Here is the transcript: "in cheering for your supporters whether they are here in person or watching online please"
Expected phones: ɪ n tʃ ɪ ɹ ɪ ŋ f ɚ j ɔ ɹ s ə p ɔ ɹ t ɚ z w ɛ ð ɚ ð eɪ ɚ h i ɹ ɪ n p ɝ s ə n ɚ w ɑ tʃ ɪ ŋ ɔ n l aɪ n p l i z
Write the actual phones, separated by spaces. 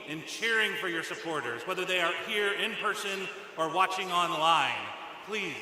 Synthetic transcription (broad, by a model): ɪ n tʃ ɪ ɹ ɪ ŋ f ɚ j ɔ ɹ s ə p ɔ ɹ t ɚ z w ɛ ð ɚ ð eɪ ɚ h i ɹ ɪ n p ɝ s ə n ɚ w ɑ tʃ ɪ ŋ ɔ n l aɪ n p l i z